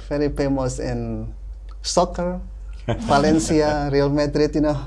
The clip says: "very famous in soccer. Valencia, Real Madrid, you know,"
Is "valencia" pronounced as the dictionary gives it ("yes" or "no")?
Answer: no